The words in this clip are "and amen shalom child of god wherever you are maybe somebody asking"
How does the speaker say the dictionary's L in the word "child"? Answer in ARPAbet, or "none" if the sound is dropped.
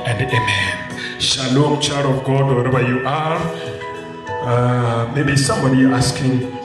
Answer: none